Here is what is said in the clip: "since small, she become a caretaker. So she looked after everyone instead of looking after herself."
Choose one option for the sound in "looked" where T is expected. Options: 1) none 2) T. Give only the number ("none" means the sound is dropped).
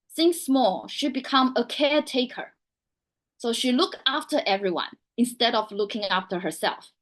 1